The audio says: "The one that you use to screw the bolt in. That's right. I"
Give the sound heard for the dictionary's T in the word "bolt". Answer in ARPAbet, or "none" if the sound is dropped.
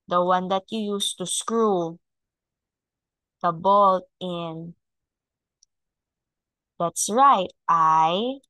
T